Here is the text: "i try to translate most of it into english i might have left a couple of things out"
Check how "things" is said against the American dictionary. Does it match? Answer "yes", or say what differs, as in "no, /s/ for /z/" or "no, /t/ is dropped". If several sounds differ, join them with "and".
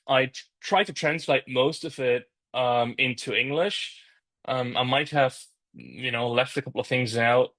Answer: yes